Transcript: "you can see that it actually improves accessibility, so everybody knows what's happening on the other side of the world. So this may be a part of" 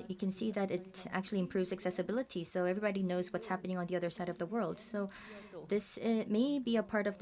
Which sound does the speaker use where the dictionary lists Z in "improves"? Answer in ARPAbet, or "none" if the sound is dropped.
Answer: Z